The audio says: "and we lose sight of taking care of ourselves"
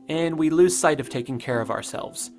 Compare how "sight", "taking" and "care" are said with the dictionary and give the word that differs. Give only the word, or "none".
none